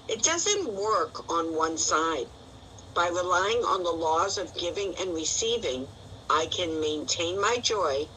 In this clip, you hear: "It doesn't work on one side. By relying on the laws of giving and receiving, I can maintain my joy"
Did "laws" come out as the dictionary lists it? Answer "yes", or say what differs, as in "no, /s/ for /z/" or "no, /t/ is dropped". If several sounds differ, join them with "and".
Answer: yes